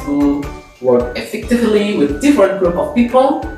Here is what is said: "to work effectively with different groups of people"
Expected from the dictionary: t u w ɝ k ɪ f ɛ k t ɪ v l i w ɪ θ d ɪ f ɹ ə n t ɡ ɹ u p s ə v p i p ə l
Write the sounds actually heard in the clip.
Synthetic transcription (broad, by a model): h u w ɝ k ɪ f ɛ k t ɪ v l i w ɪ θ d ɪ f ɹ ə n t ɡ ɹ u p ə f p i p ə l